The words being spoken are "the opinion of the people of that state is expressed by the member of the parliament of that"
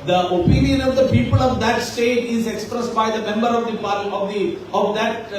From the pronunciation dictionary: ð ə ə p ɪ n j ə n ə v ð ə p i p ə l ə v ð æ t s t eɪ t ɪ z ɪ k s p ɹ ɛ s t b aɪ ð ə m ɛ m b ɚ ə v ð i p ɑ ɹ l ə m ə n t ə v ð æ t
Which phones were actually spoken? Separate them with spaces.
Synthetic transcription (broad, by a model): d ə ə p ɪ n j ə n ə v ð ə p i p ə l ə v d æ t s t eɪ t ɪ z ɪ k s p ɹ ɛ s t b aɪ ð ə m ɛ m b ɚ ə v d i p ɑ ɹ ə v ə ə v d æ t